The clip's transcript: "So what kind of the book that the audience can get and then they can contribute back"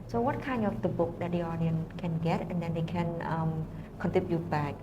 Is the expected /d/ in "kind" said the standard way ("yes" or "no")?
no